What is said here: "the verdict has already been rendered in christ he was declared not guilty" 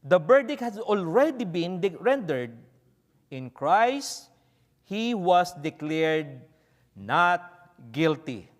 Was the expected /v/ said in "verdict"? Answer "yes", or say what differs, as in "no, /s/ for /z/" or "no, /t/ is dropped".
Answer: no, /b/ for /v/